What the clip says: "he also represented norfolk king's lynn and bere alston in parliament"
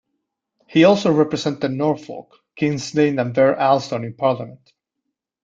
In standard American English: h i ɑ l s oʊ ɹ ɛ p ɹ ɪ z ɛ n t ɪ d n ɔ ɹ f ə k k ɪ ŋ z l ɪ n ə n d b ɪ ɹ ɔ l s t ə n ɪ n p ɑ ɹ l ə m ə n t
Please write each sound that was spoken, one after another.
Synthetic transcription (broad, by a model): h i ɑ l s oʊ ɹ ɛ p ɹ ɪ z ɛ n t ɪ n ɔ ɹ f ə k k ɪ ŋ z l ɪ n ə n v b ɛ ɹ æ l s t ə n ɪ n p ɑ ɹ l ə m ə n t